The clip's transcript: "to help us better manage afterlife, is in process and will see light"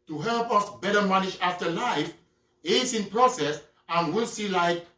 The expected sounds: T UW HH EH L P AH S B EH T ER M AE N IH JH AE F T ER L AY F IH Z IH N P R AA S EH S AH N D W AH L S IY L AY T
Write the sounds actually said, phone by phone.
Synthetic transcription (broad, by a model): T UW HH EH L P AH S B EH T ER M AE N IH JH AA F T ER L AY F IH S IH N P R AA S EH S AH N W AH L S IY L AY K